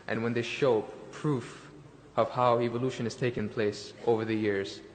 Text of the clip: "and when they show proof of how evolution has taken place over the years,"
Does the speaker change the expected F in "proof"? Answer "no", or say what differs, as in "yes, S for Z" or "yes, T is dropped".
no